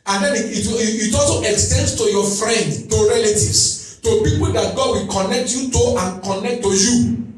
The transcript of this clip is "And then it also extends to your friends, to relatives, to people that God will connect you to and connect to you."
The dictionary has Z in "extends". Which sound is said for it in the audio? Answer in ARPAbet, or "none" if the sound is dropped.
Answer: S